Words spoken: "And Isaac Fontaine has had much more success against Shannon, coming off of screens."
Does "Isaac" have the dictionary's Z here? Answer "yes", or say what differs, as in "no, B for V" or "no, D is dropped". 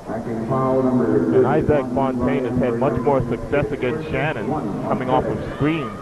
yes